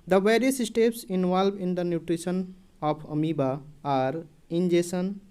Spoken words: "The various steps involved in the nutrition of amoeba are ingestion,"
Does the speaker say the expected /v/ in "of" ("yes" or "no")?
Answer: no